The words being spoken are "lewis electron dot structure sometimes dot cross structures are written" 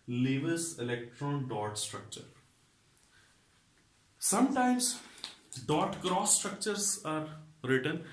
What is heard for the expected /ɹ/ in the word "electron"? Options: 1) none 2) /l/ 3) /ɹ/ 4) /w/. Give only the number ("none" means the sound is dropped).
3